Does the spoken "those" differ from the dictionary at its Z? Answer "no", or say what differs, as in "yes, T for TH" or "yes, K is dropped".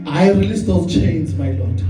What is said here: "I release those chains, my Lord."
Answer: yes, Z is dropped